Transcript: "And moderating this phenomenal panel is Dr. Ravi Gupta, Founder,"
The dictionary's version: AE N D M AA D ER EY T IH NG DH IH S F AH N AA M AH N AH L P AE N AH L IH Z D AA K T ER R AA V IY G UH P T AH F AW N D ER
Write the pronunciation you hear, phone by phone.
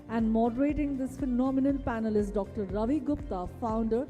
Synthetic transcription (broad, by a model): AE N D M AA D ER EY T IH NG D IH S F AH N AA M AH N AH L P AE N AH L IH S D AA K T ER R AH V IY G UH P T AH F AW N D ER